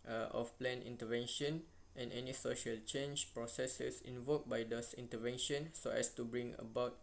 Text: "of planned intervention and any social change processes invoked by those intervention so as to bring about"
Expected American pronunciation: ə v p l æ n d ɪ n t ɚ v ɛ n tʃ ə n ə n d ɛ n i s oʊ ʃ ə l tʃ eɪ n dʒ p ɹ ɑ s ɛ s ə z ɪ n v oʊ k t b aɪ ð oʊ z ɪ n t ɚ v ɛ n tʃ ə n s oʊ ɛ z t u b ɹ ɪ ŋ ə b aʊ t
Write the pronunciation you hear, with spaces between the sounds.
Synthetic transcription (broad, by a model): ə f p l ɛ n ɪ n t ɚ v ɛ n ʃ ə n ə n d ɛ n i s oʊ ʃ ə l tʃ eɪ n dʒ p ɹ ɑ s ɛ s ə s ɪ n v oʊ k b aɪ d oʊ s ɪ n t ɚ v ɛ n ʃ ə n s oʊ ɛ s t u b ɹ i ŋ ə b aʊ t